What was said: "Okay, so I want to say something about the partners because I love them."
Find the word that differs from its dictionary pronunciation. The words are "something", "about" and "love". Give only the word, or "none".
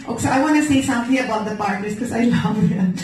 something